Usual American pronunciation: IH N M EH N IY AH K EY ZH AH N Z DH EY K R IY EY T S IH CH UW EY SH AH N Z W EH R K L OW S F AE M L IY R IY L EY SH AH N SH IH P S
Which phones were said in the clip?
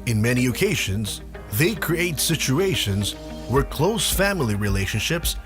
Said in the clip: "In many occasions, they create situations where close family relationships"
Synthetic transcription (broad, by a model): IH N M EH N IY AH K EY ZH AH N Z DH EY K R IY EY T S IH CH UW EY SH AH N Z W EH R K L OW S F AE M L IY R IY L EY SH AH N SH IH P S